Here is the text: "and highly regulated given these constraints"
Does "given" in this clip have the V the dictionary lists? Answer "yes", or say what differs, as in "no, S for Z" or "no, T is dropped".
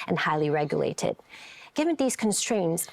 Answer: yes